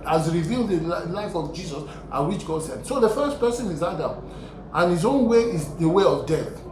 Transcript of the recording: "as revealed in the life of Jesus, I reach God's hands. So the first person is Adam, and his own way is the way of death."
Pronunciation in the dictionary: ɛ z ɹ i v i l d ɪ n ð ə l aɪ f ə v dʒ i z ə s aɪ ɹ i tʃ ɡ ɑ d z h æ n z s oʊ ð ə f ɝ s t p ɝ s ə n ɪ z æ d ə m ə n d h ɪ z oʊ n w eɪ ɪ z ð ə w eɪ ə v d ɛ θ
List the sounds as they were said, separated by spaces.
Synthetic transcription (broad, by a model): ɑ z ɹ i v i l d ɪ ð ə l aɪ f ə v dʒ i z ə s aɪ w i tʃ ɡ ɑ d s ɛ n s oʊ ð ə f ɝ s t p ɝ s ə n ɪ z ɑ d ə m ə n h ɪ z oʊ n w eɪ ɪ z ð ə w eɪ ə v d ɛ θ